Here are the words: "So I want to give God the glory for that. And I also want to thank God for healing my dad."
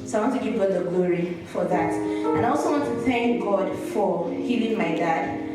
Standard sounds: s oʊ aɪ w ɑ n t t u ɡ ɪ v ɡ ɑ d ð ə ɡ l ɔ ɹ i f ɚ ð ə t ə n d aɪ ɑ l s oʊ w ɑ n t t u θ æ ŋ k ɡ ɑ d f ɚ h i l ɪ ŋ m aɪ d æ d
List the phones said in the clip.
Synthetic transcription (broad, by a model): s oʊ aɪ w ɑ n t t u ɡ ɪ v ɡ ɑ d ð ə ɡ l ɔ ɹ i f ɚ ð ə t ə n aɪ ɑ l s oʊ w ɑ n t t u θ æ ŋ k ɡ ɑ d f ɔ h i l ɪ ŋ m aɪ d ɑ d